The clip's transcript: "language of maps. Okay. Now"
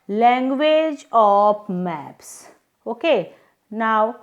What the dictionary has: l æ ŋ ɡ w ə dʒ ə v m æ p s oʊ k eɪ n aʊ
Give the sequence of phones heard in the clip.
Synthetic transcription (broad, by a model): l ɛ ŋ ɡ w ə dʒ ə p m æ p s oʊ k eɪ n aʊ